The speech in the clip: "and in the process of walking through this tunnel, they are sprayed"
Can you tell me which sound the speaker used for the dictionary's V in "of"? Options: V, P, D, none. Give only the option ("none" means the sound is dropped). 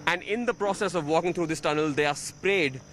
V